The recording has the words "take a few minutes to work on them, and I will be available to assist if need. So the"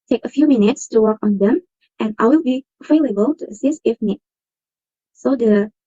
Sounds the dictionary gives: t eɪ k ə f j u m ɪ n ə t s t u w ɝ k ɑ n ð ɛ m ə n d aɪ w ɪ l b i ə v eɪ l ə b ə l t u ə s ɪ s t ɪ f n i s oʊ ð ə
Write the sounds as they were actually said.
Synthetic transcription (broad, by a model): t eɪ k ə f j u m ɪ n ə t s t u w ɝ k ɑ n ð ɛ m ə n aɪ w ɪ l b i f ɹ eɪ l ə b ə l t u ə s ɪ s t ɪ f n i s oʊ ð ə